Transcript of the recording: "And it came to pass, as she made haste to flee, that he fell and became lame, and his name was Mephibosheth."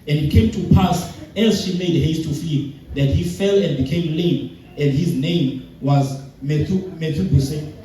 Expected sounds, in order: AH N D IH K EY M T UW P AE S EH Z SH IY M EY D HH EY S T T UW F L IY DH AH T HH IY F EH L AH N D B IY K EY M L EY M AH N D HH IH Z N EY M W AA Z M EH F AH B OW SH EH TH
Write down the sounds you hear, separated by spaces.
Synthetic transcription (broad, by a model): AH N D IH K EY M T UW P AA S EH Z SH IY M EY D HH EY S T T UW F IY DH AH T HH IY F EH L AH N D B IY K EY M L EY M AH N D HH IH Z N EY M W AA Z M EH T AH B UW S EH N